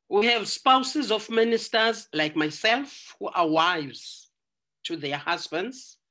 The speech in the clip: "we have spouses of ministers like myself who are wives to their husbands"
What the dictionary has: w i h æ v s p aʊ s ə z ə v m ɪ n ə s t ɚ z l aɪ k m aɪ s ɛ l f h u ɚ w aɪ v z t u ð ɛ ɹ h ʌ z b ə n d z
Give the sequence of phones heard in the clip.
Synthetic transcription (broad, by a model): w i h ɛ v s p aʊ s ə z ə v m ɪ n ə s t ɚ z l aɪ k m aɪ s ɛ l f h u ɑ w aɪ v z t u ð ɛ h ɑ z b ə n d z